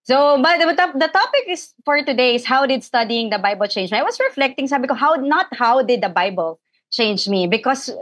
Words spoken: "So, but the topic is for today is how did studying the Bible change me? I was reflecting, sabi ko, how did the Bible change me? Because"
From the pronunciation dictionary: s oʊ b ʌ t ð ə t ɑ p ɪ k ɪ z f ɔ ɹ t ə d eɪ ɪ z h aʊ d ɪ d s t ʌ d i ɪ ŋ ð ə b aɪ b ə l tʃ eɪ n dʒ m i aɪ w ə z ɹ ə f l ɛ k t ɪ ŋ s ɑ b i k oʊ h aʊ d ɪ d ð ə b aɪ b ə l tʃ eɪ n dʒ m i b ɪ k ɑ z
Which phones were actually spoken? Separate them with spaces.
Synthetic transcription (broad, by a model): s oʊ b ʌ t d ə t ɑ p ɪ k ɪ s f ɔ ɹ t ə d eɪ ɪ s h aʊ d ɪ d s t ʌ d i ɪ ŋ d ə b aɪ b ə l tʃ eɪ n dʒ m i aɪ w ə s ɹ ə f l ɛ k t ɪ ŋ s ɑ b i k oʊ h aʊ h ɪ d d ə b aɪ b ə l tʃ eɪ n dʒ m i b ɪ k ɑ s